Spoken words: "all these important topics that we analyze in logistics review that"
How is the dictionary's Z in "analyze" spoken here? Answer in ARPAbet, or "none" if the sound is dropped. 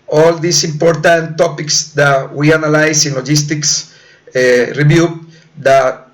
S